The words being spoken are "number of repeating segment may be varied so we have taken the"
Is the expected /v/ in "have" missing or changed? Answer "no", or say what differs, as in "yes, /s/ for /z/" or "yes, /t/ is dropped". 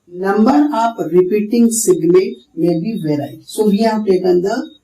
yes, /p/ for /v/